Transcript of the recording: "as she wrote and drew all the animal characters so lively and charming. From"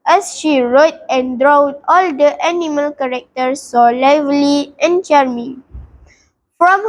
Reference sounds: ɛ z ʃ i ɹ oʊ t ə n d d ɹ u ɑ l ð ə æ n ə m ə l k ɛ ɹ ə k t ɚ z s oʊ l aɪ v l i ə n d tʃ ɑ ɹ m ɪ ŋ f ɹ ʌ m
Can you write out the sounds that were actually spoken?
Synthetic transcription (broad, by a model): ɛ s ʃ i ɹ oʊ t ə n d d ɹ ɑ ɑ l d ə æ n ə m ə l k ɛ ɹ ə k t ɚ s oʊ l aɪ v l i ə n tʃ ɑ ɹ m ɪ f ɹ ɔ m